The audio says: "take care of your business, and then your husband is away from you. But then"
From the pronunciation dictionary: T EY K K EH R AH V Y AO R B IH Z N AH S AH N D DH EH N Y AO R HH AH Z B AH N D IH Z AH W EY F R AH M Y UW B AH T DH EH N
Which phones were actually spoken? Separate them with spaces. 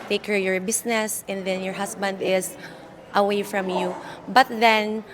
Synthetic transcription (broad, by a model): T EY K K EH R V Y AO R B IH S N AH S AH N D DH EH N Y AO R HH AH S B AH N D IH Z AH W EY F R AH M Y UW B AH T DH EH N